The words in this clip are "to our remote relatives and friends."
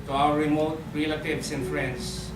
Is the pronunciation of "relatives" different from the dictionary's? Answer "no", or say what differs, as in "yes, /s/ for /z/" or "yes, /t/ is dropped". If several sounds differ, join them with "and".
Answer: yes, /s/ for /z/